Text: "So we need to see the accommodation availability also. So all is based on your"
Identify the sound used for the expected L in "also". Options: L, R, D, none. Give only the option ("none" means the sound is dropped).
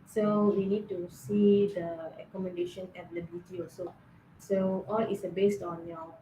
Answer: none